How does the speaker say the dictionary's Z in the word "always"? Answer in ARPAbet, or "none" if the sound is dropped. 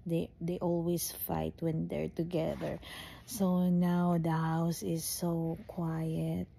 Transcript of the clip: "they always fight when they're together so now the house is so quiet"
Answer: S